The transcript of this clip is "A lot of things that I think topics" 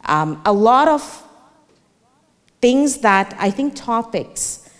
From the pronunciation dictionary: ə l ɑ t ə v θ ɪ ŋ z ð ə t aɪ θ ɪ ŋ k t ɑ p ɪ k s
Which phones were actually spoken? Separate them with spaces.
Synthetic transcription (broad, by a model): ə l ɑ t ə v θ ɪ ŋ z ð ə t aɪ θ ɪ ŋ k t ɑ p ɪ k s